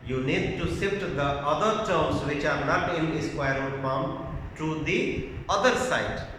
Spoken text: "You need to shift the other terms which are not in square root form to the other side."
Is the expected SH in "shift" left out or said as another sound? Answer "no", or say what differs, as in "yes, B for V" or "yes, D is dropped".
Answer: yes, S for SH